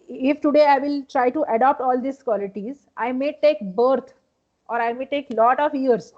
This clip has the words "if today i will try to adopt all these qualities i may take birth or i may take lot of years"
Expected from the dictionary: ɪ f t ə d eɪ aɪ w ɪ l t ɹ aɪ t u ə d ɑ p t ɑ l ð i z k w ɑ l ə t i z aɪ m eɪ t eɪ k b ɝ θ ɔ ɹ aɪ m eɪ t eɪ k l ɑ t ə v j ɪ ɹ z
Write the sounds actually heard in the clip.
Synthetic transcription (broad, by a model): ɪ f t ə d eɪ aɪ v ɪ l t ɹ aɪ t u ə d ɑ p t ɑ l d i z k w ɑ l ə t i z aɪ m eɪ t eɪ k b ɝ t ɔ ɹ aɪ m eɪ t eɪ k l ɑ t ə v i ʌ ɹ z